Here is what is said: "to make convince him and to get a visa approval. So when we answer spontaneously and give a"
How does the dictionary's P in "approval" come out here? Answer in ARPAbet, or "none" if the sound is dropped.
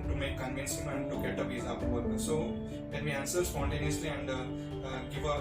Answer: none